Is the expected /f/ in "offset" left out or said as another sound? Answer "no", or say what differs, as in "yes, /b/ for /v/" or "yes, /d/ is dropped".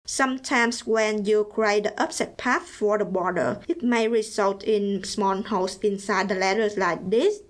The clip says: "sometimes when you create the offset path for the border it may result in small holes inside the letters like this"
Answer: yes, /p/ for /f/